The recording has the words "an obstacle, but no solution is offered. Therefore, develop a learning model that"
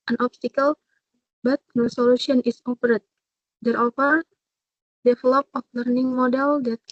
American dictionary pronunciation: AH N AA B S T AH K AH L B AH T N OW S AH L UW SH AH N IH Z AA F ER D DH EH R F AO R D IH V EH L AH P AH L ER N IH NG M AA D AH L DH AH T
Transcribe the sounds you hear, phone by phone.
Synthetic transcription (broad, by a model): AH N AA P S T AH K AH L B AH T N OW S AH L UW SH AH N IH S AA P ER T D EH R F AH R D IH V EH L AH P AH L ER N IH NG M AA D AH L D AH T